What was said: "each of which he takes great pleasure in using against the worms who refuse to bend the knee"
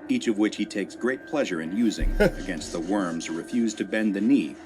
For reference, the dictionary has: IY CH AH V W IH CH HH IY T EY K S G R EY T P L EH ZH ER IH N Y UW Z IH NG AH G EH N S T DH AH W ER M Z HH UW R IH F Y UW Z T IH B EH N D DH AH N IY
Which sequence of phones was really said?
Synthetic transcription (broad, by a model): IY CH AH V W IH CH HH IY T EY K S G R EY T P L EH ZH ER IH N Y UW Z IH NG AH G EH N S T DH AH W ER M Z R IH F Y UW Z T IH B EH N DH AH N IY